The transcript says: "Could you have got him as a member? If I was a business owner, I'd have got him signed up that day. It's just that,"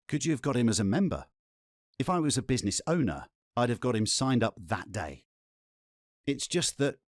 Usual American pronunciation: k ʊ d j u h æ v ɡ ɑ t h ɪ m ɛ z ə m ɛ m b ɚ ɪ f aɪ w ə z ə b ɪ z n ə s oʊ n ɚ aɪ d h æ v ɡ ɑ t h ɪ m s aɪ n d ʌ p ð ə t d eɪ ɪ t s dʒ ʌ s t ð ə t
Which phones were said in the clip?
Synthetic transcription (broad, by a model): k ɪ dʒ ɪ v ɡ ɑ t h ɪ m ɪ z ə m ɛ m b ɚ ɪ f aɪ w ə z ə b ɪ z n ə s oʊ n ɚ aɪ d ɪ v ɡ ɑ t h ɪ m s aɪ n d ʌ p ð ə t d eɪ ɪ t s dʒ ʌ s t ð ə t